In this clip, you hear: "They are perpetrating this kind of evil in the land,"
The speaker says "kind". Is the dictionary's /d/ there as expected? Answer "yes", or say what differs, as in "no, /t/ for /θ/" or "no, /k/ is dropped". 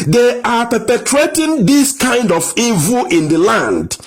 yes